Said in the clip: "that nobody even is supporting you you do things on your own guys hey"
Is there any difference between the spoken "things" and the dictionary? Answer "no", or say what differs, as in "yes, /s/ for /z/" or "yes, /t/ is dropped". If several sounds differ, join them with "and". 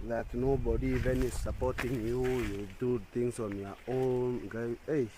yes, /t/ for /θ/ and /s/ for /z/